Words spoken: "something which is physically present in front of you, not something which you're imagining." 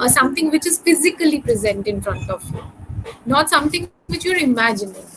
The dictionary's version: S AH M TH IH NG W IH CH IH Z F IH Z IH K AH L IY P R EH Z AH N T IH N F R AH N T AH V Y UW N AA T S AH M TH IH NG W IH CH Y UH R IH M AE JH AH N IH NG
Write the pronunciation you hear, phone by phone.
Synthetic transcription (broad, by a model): S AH M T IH NG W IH CH IH Z F IH Z IH K AH L IY P R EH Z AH N T IH N F R AH N T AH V Y UW N AA T S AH M T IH NG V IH CH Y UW R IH M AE JH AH N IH NG